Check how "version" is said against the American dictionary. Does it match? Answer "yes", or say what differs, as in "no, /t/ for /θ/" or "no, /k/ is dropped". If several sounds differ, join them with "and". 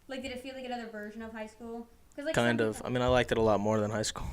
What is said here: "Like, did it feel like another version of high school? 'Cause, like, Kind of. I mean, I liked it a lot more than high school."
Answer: yes